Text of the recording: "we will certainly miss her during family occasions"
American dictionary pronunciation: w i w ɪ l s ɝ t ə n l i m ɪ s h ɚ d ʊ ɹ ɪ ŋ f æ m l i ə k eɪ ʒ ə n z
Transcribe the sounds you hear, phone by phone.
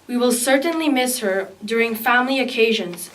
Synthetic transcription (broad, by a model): w i w ɪ l s ɝ t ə n l i m ɪ s h ɚ d ʊ ɹ ɪ ŋ f æ m l i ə k eɪ ʒ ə n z